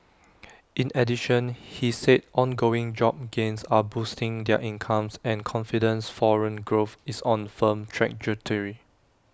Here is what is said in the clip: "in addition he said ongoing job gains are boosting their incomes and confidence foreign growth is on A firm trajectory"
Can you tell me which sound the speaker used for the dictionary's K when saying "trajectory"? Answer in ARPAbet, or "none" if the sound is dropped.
none